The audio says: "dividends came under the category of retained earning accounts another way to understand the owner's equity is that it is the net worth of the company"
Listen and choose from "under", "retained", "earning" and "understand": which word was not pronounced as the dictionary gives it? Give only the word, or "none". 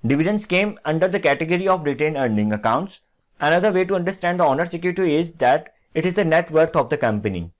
retained